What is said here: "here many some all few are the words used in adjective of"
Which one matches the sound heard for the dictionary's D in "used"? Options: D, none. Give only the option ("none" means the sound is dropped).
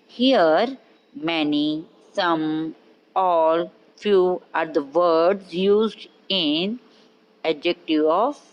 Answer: D